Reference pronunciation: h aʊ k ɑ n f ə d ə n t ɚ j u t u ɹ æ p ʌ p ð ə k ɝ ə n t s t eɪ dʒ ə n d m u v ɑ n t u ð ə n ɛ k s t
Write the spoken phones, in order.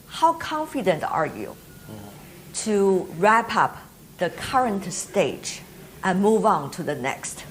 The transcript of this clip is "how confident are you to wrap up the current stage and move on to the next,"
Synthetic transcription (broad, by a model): h aʊ k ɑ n f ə d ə n t ɚ j u t u ɹ æ p ʌ p ð ə k ɝ ə n t s t eɪ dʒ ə n m u v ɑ n t u ð ə n ɛ k s t